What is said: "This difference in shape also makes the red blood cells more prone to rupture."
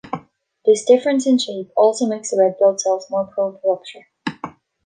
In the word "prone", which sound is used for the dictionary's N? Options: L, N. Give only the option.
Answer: L